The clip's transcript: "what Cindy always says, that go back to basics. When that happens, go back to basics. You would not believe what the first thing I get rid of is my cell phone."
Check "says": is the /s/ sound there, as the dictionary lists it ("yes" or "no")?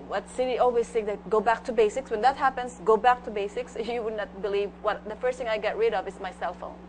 no